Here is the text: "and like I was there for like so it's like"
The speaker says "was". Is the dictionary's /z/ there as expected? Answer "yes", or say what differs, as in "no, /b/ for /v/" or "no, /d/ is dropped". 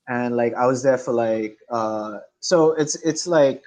yes